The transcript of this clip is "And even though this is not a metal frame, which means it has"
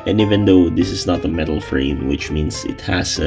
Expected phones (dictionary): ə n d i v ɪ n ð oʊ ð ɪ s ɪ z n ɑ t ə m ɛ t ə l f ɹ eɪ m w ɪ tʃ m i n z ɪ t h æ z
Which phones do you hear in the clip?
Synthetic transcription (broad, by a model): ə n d i v ɪ n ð oʊ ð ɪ s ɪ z n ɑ t ə m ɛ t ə l f ɹ eɪ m w ɪ tʃ m i n s ɪ t h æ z